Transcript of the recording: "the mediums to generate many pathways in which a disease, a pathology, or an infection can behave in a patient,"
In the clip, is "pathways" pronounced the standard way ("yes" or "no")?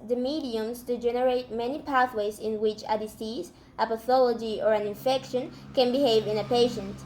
yes